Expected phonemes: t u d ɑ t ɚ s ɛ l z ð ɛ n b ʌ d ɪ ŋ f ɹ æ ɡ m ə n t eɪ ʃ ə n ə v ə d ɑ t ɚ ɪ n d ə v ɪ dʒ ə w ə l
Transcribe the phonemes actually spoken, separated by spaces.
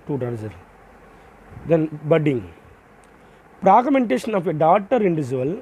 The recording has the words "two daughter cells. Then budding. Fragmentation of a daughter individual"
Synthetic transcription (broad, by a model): t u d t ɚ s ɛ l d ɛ n b ʌ d ɪ ŋ p ɹ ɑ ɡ m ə n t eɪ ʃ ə n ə f ə d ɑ t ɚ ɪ n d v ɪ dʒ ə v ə l